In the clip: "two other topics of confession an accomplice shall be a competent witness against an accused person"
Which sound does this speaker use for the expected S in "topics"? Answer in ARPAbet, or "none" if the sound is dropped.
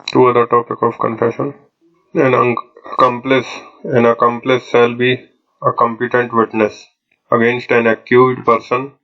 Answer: none